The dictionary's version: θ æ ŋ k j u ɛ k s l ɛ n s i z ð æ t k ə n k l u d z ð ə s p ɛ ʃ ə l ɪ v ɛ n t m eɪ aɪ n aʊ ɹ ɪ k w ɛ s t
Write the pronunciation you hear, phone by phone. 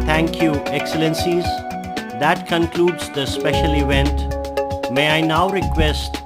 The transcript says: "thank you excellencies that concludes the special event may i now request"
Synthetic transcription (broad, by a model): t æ ŋ k j u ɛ k s l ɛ n s i z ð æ t k ə n k l u d z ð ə s p ɛ ʃ ə l ɪ v ɛ n t m eɪ aɪ n aʊ ɹ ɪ k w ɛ s t